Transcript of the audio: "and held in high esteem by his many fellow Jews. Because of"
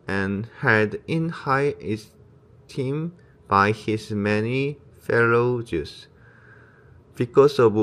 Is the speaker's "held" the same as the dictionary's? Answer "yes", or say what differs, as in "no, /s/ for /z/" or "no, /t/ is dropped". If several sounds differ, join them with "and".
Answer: no, /l/ is dropped